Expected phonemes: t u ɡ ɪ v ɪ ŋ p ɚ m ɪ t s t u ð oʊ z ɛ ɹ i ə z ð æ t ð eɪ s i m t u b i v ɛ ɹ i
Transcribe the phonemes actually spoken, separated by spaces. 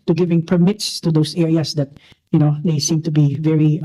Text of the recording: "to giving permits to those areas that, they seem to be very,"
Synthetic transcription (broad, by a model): t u ɡ ɪ v ɪ ŋ p ɚ m ɪ t s t u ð oʊ s ɛ ɹ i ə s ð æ t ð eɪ s i m t u b i v ɛ ɹ i